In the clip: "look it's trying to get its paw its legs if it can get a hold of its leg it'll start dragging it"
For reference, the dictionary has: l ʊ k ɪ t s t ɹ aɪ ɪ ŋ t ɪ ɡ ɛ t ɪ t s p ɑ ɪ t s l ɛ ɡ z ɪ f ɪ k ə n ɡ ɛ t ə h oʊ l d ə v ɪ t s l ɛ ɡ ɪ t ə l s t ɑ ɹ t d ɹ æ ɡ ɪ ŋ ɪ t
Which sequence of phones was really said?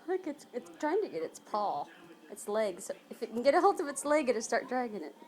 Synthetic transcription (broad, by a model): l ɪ k ɪ t s t ɹ aɪ ɪ ŋ t ɪ ɡ ɛ t ɪ t s p ɑ ɪ t s l ɛ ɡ s ɪ f ɪ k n ɡ ɛ t ə h oʊ l d ə v ɪ t s l ɛ ɡ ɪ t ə s t ɑ ɹ t d ɹ æ ɡ ɪ ŋ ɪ t